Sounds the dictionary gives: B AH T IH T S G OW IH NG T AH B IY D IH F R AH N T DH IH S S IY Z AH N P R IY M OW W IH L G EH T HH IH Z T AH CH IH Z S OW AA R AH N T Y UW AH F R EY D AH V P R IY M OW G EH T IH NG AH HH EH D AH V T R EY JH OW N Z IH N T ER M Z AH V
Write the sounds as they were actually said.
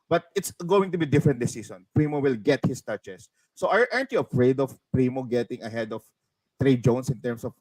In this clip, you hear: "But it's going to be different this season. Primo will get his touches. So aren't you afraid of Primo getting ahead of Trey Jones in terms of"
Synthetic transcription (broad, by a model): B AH T IH T S G OW IH NG T AH B IY D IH F R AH N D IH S S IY S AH N P R IY M OW W IH L G EH T HH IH S T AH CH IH S OW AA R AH N T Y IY AH F R EY D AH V P R IY M OW G EH T IH NG AH HH EH D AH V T R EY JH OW N S IH N T ER M S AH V